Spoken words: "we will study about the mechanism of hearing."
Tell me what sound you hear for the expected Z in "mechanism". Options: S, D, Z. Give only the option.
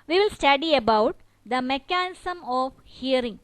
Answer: S